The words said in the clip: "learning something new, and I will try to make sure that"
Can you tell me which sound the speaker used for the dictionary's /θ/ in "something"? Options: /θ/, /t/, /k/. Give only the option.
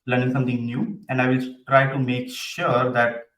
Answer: /t/